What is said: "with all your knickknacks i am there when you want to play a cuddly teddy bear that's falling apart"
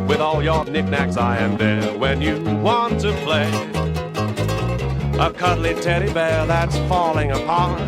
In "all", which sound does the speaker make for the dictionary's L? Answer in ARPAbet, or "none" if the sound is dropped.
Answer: L